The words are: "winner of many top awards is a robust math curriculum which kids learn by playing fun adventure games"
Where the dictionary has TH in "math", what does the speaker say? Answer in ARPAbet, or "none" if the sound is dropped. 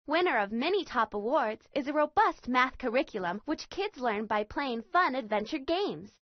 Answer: TH